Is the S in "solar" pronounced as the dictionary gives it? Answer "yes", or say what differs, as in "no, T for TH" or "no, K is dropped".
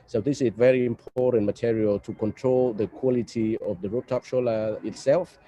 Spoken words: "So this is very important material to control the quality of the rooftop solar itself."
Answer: no, SH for S